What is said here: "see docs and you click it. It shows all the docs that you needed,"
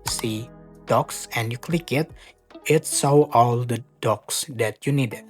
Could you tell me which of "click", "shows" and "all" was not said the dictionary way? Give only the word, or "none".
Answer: shows